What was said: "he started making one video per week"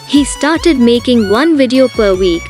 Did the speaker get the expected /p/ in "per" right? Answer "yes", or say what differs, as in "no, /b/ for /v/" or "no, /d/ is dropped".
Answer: yes